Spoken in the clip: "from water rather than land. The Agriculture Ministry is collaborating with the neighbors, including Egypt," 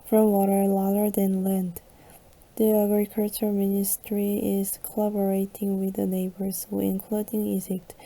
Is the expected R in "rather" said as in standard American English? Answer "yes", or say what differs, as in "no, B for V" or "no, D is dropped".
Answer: no, L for R